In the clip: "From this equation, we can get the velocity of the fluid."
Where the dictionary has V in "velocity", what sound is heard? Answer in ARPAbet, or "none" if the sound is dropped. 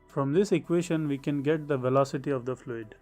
V